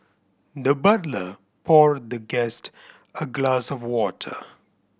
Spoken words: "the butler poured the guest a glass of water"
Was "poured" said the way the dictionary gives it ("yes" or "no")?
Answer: yes